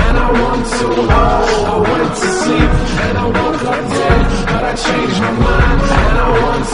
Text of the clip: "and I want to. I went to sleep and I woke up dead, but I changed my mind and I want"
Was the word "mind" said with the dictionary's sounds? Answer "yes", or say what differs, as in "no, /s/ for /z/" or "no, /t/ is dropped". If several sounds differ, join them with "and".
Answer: no, /d/ is dropped